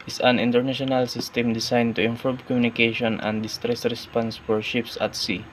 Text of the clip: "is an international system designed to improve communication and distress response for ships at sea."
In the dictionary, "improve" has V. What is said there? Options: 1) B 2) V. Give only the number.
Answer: 1